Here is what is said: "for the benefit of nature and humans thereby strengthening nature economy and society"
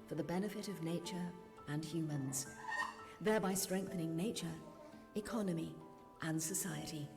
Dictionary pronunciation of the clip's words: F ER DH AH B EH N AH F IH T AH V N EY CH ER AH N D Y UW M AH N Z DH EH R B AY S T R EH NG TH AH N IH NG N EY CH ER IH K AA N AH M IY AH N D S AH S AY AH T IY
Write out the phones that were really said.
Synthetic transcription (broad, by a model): F ER DH AH B EH N AH F IH T AH V N EY CH ER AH N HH Y UW M AH N Z DH EH R B AY S T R EH NG TH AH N IH NG N EY CH ER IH K AA N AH M IY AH N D S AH S AY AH T IY